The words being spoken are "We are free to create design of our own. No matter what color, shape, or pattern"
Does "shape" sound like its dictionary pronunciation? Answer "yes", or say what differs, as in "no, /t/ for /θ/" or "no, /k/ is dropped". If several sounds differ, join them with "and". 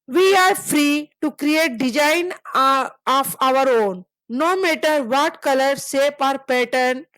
no, /s/ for /ʃ/